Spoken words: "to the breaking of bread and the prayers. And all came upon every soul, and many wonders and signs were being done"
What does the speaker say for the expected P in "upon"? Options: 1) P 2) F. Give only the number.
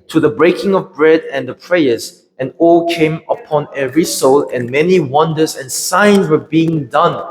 1